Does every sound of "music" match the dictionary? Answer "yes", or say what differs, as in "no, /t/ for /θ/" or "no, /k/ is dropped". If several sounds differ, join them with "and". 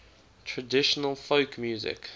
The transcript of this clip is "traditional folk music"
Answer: yes